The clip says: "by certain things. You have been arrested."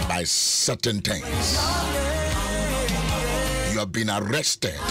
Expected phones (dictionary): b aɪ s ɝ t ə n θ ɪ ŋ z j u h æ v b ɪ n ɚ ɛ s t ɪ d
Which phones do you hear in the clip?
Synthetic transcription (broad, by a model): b aɪ s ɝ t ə n t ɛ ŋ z j u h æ v b ɪ n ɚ ɛ s t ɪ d